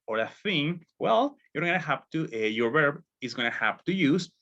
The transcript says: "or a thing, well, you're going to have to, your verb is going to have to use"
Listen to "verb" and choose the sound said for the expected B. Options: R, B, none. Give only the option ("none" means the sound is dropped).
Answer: B